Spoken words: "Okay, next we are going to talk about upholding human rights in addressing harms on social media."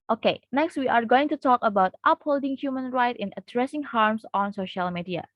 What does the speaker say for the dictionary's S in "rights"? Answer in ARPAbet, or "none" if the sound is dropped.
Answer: none